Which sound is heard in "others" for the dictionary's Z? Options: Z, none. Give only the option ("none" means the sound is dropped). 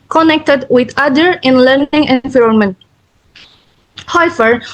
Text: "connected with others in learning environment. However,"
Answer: none